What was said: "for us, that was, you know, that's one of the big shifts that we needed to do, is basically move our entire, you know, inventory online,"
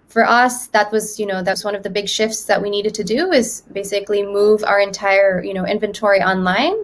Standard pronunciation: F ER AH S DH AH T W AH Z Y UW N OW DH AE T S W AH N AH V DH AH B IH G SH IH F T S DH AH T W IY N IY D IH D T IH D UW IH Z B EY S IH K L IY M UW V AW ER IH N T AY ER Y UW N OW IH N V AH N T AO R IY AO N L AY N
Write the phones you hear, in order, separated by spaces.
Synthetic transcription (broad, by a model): F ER AH S DH AH T W AH Z Y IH N OW DH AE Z W AH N AH V DH AH B IH G SH IH F T S DH AH T W IY N IY D IH D T IH D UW IH Z B EY S IH K L IY M UW V AW ER IH N T AY ER Y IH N OW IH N V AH N T AO R IY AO N L AY N